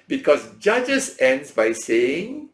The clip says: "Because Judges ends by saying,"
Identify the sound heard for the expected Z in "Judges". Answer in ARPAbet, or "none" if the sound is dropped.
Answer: S